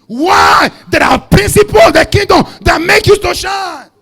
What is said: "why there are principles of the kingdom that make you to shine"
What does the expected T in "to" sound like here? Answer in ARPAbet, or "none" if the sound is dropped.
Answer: S